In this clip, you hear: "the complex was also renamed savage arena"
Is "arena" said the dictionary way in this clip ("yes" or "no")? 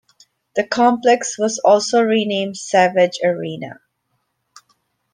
yes